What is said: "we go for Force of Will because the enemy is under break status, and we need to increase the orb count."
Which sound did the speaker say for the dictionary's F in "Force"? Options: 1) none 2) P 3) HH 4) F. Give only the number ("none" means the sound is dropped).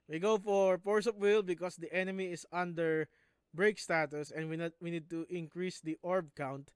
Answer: 2